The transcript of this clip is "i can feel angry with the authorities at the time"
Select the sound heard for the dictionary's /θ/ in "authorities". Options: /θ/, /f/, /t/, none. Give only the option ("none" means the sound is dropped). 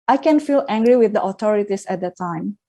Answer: /t/